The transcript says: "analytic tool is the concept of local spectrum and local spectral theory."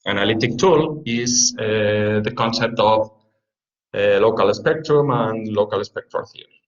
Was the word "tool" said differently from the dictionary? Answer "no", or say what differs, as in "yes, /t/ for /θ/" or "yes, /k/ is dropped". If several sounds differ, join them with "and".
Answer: no